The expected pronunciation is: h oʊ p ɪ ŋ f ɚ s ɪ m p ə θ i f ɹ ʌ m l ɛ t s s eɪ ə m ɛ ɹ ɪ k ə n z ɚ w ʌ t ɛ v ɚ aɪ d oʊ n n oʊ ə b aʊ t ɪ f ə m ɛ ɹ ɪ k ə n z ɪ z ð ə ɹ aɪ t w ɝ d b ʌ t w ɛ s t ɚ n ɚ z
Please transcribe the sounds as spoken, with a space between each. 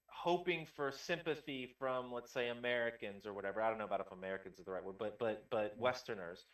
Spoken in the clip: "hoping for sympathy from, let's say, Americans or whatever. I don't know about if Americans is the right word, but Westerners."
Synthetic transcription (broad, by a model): h oʊ p ɪ ŋ f ɚ s ɪ m p ə θ i f ɹ ʌ m l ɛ t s s eɪ ə m ɛ ɹ ɪ k ə n z ɚ w ʌ t ɛ v ɚ aɪ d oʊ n n oʊ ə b aʊ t ɪ f ə m ɛ ɹ ɪ k ə n z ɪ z ð ə ɹ aɪ t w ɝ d b ʌ t w ɛ s t ɚ n ɚ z